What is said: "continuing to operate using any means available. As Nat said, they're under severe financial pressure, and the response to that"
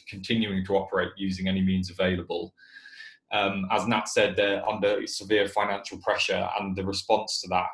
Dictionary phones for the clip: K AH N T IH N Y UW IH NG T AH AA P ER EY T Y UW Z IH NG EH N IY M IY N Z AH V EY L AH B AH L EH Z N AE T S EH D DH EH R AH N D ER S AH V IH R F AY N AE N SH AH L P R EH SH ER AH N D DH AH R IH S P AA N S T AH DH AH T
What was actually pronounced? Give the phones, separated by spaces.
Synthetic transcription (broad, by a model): K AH N T IH N Y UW IH NG T AH AA P ER EY T Y UW Z IH NG EH N IY M IY N Z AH V EY L AH B AH L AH Z N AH T S EH D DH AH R AH N D ER S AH V IH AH F AY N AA N SH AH L P R EH SH ER AH N DH AH R IH S P AA N S T AH DH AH T